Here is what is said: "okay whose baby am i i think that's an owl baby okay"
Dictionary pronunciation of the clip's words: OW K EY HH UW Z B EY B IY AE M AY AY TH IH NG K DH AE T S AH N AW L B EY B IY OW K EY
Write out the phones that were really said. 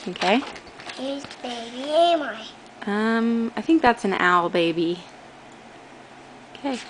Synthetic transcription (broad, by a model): OW K EY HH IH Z B EY B IY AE M AY AY TH IH NG K DH AE T S N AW L B EY B IY OW K EY